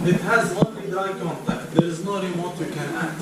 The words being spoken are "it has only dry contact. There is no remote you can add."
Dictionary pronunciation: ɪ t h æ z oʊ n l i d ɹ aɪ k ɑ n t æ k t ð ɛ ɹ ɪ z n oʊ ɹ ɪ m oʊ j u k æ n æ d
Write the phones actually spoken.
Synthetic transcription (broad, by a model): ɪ t h æ z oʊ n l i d aɪ k ɑ n t æ k t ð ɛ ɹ ɪ z n oʊ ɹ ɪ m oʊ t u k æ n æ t